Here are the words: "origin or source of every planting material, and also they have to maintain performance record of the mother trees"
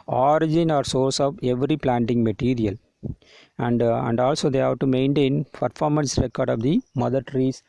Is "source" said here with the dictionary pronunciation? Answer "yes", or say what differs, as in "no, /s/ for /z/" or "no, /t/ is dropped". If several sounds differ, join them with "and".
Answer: yes